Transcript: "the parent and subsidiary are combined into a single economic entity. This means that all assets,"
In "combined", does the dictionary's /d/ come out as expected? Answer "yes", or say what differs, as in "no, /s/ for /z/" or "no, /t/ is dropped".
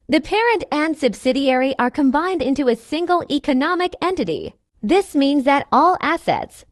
yes